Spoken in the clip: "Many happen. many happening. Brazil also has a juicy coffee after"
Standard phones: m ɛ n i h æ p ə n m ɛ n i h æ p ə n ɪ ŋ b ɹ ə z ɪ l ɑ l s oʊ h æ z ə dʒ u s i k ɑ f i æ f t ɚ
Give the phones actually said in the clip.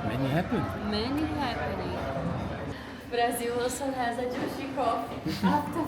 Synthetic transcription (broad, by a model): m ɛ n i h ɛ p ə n m ɛ n i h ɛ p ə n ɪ b ɹ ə z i w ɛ s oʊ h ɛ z ə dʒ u ʃ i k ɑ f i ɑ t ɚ